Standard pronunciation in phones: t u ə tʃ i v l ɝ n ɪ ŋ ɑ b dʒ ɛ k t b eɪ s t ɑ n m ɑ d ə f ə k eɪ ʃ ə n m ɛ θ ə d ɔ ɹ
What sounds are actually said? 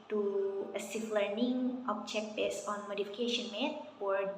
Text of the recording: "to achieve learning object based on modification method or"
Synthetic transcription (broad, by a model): t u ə s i f l ɝ n ɪ ŋ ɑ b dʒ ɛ k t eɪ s ɑ n m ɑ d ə f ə k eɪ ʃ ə n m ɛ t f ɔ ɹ